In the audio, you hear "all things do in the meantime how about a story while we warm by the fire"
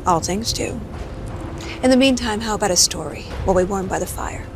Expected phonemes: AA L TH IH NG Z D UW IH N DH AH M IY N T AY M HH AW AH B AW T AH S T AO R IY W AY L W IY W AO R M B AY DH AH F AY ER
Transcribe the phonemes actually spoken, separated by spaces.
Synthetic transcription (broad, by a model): AA L TH IH NG Z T UW IH N DH AH M IY N T AY M HH AW AH B AW T AH S T AO R IY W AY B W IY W AO R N B AY DH AH F AY ER